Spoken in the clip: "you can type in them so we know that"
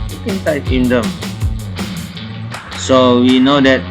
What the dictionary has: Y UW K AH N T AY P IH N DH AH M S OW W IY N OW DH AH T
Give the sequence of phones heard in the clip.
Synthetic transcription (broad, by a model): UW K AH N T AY IH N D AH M S OW W IY N OW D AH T